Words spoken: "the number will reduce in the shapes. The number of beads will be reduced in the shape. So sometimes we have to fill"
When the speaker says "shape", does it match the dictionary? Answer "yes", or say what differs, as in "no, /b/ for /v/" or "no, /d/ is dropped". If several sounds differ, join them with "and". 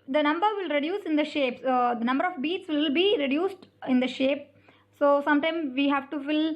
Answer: yes